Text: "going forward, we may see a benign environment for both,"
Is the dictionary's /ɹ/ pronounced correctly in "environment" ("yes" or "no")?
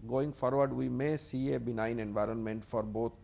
yes